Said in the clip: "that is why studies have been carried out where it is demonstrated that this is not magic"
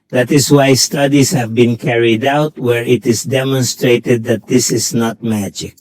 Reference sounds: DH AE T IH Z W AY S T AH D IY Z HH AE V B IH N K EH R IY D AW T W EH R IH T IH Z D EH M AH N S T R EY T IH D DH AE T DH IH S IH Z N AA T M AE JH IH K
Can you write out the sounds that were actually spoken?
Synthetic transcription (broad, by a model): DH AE T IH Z W AY S T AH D IY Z HH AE V B IH N K EH R IY D AW T W EH R IH T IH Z D EH M AH N S T R EY T IH D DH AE T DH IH S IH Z N AA T M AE JH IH K